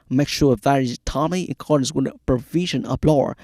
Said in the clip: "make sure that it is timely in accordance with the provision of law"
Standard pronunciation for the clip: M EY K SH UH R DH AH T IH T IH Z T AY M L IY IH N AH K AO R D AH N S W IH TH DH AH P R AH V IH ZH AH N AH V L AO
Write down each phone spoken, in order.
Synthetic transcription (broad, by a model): M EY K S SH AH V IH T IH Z T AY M IY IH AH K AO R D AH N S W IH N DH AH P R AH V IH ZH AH N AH B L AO